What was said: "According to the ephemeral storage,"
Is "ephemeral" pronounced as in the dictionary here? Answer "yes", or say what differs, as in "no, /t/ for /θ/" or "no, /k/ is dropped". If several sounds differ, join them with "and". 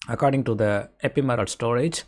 no, /p/ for /f/